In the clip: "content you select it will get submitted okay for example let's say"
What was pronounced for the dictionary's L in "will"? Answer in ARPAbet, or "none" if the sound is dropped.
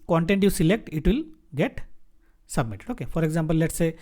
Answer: L